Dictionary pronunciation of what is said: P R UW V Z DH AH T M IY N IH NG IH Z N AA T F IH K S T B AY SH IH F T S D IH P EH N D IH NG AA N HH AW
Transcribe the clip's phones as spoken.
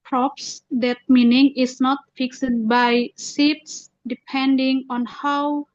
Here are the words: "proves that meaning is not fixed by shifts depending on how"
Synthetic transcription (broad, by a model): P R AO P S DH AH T M IY N IH NG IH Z N AA T F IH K S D B AY S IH T S D IH P EH N D IH NG AA N HH AW